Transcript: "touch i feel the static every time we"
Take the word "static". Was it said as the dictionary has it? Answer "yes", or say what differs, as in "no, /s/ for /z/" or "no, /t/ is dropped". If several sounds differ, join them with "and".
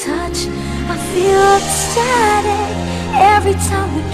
no, /k/ is dropped